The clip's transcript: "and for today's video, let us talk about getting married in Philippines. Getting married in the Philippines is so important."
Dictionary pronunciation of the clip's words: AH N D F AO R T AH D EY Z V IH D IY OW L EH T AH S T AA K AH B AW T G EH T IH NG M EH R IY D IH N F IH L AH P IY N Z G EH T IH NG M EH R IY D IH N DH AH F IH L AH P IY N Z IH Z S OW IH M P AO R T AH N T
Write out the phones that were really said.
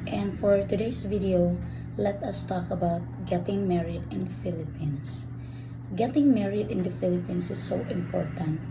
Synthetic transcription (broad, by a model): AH N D F AO R T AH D EY S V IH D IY OW L EH T AH S T AA K AH B AW T G EH T IH NG M EH R IY D IH N F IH L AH P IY N S G EH T IH NG M EH R IY D IH N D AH F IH L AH P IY N S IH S OW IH M P AO R T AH N T